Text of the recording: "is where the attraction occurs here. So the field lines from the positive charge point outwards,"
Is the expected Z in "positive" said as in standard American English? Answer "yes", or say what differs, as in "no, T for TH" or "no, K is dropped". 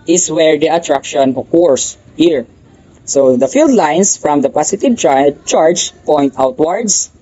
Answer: no, S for Z